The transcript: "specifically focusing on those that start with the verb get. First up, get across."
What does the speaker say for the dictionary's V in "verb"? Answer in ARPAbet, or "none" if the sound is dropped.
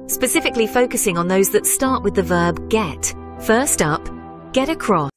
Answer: V